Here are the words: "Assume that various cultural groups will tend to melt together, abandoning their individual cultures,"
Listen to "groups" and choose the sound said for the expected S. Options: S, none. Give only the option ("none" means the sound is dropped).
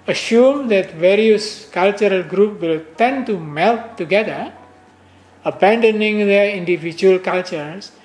none